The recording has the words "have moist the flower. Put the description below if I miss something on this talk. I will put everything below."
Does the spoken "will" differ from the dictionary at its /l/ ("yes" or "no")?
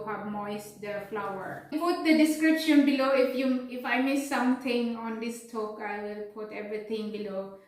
no